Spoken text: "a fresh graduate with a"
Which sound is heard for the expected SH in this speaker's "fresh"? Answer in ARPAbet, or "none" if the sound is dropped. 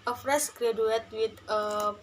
S